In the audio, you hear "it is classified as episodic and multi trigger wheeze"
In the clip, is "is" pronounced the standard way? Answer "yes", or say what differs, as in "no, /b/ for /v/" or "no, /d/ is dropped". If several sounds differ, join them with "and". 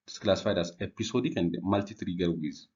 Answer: no, /s/ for /z/